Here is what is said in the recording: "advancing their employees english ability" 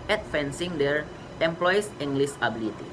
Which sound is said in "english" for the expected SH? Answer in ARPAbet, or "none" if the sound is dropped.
S